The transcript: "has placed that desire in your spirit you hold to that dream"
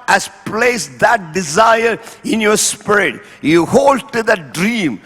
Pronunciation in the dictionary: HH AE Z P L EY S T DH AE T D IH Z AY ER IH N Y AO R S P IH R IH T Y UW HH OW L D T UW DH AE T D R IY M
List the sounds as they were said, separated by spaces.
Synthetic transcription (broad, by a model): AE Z P L EY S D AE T D IH Z AY ER IH N Y AO R S P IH R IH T Y UW HH OW L D T UW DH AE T D R IY M